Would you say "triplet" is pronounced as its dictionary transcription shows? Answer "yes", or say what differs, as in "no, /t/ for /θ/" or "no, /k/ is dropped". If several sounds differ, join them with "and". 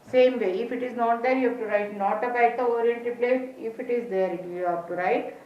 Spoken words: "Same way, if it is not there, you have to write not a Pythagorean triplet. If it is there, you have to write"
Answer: no, /ɹ/ is dropped